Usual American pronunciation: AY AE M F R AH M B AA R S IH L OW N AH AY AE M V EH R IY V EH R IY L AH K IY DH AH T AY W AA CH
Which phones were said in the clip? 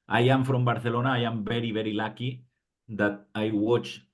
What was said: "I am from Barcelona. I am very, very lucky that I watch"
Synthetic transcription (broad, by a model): AY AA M F R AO M B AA R TH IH L OW N AY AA M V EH R IY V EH R IY L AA K IY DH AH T AY W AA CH